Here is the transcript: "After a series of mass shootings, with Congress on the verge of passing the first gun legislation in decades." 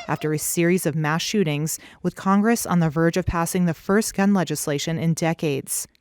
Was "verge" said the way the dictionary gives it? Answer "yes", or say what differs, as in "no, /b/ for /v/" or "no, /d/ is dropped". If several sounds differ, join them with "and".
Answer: yes